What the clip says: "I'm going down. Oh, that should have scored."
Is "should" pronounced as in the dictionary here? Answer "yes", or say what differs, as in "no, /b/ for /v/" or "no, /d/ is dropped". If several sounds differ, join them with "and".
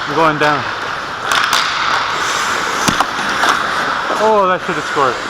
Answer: no, /s/ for /ʃ/